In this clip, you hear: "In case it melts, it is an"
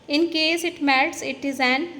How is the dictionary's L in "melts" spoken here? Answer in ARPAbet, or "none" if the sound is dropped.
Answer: none